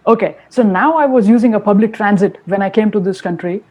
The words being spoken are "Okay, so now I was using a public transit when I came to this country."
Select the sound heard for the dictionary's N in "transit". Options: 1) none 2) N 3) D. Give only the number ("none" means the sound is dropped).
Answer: 2